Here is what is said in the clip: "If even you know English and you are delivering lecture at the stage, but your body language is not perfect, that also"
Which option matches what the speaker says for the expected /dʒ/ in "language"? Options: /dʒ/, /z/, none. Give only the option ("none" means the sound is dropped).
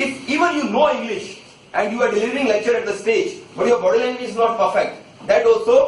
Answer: none